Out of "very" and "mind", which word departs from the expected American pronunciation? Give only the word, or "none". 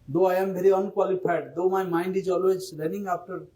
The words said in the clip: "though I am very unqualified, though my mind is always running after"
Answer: very